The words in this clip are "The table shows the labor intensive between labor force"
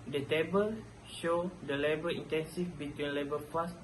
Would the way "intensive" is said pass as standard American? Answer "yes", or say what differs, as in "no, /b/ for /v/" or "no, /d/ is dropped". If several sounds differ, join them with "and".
no, /f/ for /v/